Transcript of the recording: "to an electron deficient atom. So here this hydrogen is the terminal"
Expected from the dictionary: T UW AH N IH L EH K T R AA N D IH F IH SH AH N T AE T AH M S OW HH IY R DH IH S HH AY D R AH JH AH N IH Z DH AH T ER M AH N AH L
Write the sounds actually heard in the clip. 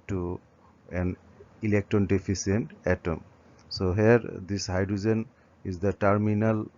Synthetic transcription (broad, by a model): T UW AH N IH L EH K T R AA N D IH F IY S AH N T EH T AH M S OW HH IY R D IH S HH AY D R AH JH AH N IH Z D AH T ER M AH N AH L